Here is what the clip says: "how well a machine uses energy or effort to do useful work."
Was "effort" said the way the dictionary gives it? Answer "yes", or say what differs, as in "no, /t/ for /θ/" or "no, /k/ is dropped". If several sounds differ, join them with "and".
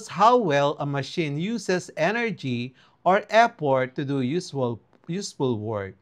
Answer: no, /p/ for /f/